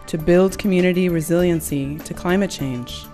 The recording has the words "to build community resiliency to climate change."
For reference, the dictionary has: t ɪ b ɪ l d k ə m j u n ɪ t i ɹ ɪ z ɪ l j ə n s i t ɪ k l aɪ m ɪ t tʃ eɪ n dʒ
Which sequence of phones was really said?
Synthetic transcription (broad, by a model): t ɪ b ɪ l d k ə m j u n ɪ t i ɹ ɪ z ɪ l j ə n s i t ɪ k l aɪ m ɪ t tʃ eɪ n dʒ